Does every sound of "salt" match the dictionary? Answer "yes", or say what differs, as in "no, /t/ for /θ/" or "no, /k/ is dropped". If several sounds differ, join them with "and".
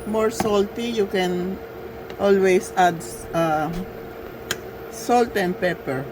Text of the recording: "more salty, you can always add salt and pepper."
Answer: yes